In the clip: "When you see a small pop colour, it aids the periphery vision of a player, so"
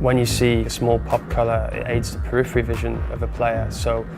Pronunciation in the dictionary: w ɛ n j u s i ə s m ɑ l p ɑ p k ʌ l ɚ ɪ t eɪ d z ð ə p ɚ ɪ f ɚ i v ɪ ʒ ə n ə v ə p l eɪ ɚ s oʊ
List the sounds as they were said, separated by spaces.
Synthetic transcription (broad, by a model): w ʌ n j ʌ s i ə s m ɑ l p ɑ p k ʌ l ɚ ɪ t eɪ d z ð ə p ɚ ɪ f ɚ i v ɪ ʒ ə n ə v ə p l eɪ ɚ s oʊ